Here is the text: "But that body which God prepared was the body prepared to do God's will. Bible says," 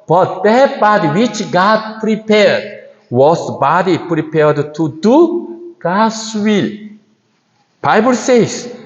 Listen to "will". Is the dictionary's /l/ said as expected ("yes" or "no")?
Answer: yes